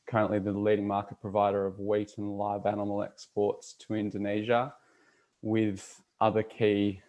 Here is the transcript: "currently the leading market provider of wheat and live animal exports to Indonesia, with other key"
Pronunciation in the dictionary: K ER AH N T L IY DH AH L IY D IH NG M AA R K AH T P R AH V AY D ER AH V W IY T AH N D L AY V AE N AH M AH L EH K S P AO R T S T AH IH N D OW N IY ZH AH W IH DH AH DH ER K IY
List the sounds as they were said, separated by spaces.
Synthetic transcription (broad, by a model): K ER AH N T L IY DH AH L IY D IH NG M AA R K AH T P R AH V AY D ER AH V W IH T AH N L AY V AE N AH M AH L EH K S P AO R T S T AH IH N D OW N IY ZH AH W IH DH AH DH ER K IY